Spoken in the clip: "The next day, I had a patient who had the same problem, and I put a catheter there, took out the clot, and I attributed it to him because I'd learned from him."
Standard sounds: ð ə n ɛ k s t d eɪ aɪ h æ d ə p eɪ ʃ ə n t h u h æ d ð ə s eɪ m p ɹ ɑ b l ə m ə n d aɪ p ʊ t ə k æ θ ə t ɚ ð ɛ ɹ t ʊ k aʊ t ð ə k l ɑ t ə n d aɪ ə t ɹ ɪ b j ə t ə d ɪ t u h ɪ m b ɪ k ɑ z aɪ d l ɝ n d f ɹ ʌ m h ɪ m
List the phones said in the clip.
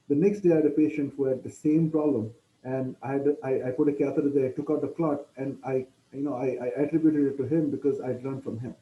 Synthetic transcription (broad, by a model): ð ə n ɛ k s t d eɪ aɪ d ə p eɪ ʃ ə n t h u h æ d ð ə s eɪ m p ɹ ɑ b l ə m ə n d aɪ p ʊ t ə k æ t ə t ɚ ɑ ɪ t ʊ k aʊ t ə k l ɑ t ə n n aɪ ə t ɹ ɪ b j ə t ə d ɪ t u h ɪ m b ɪ k ɑ z aɪ d l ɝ n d f ɹ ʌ m h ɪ m